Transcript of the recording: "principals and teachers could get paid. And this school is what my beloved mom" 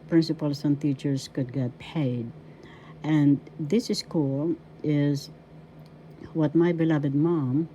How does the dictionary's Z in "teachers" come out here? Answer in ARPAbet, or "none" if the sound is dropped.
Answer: S